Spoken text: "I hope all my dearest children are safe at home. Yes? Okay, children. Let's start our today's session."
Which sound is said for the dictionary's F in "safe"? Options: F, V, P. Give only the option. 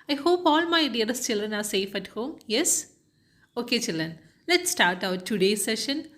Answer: F